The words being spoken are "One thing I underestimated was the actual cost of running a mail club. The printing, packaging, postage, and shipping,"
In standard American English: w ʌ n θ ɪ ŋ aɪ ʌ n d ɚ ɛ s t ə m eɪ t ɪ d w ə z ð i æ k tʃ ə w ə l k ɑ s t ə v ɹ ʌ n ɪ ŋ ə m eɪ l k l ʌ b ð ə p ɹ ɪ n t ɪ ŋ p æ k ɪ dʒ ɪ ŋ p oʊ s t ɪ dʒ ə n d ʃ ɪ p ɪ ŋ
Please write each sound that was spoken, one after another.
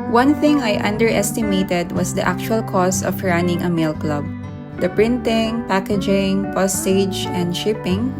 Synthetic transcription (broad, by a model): w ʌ n θ ɪ ŋ aɪ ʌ n d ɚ ɛ s t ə m eɪ t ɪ d w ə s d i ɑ k tʃ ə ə l k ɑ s ə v ɹ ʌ n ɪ ŋ ə m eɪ l k l ʌ b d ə p ɹ ɪ n t ɪ ŋ p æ k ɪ dʒ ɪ ŋ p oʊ s t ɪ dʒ ə n d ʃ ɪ p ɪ ŋ